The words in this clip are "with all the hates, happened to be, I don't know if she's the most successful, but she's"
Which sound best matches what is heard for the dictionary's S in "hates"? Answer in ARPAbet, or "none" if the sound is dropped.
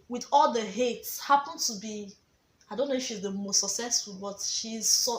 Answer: S